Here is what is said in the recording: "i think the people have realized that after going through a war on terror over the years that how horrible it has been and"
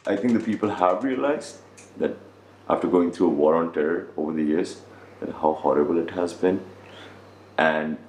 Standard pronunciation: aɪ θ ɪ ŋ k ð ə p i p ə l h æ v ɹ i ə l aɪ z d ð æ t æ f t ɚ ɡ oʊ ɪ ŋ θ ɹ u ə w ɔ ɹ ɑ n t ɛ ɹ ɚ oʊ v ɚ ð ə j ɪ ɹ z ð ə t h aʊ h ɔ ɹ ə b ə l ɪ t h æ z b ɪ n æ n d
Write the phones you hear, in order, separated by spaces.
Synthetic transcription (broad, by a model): aɪ t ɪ ŋ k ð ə p i p ə l h æ v ɹ i ə l aɪ z d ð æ t æ f t ɚ ɡ oʊ ɪ ŋ t ɹ u ə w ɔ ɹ ɑ n t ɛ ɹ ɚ oʊ v ɚ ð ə j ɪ ɹ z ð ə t h aʊ h ɔ ɹ ə b ə l ɪ t h æ z b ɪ n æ n d